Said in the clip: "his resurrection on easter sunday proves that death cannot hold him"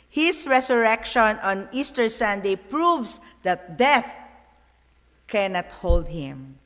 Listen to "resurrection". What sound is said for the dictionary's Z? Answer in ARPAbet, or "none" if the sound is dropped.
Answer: S